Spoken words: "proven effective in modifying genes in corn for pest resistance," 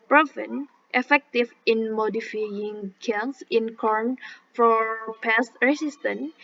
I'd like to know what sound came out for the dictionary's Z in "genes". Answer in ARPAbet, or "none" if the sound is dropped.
S